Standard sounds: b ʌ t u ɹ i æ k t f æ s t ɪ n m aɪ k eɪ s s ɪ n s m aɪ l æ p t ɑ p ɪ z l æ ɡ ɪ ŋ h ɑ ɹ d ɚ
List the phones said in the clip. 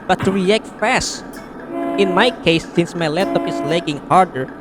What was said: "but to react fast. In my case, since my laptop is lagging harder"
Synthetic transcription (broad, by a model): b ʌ t u ɹ i æ k t f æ s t ɪ n m aɪ k eɪ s s ɪ n s m aɪ l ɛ t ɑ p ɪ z l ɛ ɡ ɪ ŋ h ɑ ɹ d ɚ